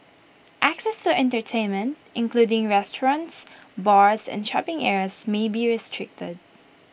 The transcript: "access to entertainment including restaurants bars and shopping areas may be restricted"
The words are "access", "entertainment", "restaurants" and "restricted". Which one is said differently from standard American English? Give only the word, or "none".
none